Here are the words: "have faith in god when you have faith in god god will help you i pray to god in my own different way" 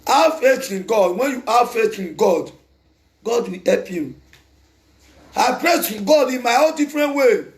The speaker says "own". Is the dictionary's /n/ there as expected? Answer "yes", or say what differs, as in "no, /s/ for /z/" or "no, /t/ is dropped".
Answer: no, /l/ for /n/